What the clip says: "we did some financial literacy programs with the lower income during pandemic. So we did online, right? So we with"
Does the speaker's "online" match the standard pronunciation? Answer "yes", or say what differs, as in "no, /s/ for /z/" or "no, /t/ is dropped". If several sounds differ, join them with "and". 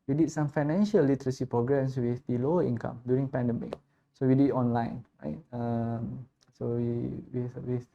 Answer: yes